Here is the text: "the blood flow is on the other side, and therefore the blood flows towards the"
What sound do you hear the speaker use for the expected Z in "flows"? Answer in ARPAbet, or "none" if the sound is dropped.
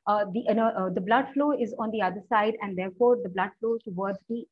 none